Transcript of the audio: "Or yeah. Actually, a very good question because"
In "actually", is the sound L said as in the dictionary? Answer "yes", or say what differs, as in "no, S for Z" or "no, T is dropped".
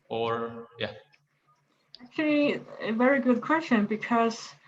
yes